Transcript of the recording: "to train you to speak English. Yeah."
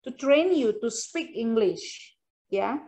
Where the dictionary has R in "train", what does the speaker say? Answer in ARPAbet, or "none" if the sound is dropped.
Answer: R